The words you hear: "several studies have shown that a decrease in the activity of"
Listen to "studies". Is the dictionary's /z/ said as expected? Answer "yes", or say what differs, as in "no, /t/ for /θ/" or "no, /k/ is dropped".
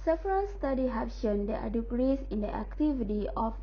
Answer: no, /z/ is dropped